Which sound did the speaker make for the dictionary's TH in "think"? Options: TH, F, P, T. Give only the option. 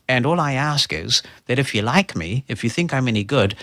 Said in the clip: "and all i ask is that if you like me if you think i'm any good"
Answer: TH